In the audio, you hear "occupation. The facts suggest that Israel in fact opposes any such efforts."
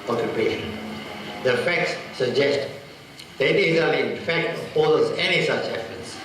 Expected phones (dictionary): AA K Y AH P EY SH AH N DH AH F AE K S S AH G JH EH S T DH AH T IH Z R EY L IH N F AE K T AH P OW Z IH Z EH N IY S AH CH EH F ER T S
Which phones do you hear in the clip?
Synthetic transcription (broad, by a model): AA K Y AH P EY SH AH N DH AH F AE K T S AH G JH EH S T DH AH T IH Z EY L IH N F AE K T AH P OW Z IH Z EH N IY S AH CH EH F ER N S